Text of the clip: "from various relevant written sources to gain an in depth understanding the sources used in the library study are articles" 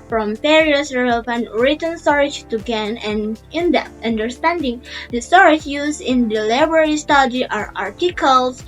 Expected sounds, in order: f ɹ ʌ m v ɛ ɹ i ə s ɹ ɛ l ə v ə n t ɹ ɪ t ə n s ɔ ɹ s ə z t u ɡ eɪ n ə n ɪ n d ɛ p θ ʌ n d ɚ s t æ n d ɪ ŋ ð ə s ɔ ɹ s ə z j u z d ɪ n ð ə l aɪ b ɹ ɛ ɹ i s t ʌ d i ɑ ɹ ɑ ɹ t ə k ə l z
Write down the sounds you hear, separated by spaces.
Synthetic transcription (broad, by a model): f ɹ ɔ m p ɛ ɹ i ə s ɹ ɛ l ə v ə n t ɹ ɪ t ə n s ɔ ɹ ə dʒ t u ɡ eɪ n ə n ɪ n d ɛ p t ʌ n d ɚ s t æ n d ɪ ŋ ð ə s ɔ ɹ ə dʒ j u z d ɪ n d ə l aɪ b ɹ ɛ ɹ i s t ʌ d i ɑ ɹ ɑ ɹ t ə k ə l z